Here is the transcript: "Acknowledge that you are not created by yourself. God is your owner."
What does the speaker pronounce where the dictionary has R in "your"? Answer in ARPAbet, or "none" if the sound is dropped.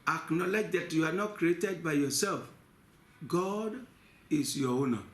W